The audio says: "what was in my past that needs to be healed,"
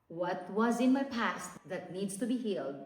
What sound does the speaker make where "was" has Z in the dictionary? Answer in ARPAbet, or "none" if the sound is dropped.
Z